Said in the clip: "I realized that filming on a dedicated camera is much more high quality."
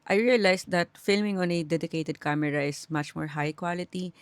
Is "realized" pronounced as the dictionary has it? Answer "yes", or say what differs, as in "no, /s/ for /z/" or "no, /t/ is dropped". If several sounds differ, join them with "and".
no, /s/ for /z/